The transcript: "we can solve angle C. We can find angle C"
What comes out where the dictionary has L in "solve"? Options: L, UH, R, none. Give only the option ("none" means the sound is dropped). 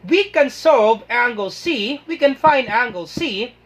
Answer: none